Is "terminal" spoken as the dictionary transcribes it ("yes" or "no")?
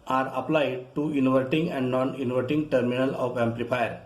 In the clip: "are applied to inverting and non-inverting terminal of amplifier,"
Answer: yes